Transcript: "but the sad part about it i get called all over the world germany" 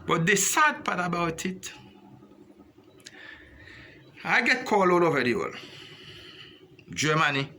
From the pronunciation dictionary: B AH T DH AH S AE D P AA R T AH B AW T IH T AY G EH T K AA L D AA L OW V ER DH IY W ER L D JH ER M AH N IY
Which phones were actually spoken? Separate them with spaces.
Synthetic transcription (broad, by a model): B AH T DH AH S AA D P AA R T AH B AW T IH T AY G EH T K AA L AA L OW V ER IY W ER L JH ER M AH N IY